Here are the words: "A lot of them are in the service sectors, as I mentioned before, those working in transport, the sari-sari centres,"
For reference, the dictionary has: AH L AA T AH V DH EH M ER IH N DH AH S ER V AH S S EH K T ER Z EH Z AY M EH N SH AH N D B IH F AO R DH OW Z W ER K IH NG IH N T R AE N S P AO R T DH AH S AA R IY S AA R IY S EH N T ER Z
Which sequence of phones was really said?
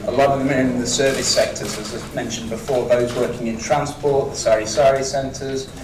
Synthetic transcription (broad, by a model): AH L AA T AH V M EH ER IH N DH AH S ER V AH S S EH K T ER Z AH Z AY M EH N SH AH N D B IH F AO DH OW Z W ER K IH NG IH N T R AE N S P AO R T DH AH S AA R IY S AA R IY S EH N T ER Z